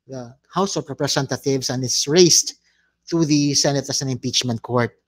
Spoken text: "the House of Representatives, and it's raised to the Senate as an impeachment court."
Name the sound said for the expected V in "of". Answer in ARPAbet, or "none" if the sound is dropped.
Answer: P